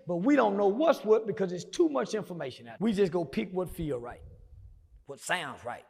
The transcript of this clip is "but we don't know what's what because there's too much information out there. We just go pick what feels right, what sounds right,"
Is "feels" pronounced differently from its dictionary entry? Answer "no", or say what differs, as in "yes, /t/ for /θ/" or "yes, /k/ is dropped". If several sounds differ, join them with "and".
yes, /z/ is dropped